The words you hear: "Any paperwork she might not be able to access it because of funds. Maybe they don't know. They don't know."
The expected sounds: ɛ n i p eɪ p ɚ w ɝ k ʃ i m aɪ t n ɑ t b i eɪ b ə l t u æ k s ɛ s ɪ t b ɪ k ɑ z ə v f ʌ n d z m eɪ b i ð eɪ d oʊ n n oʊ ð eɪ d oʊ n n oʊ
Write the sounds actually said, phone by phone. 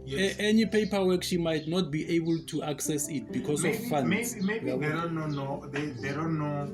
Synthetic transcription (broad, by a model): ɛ n i p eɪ p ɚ w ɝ k ʃ i m aɪ t n ɑ t b i eɪ b ə l t u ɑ k s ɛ s ɪ t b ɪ k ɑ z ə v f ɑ n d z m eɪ i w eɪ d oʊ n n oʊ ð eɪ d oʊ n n oʊ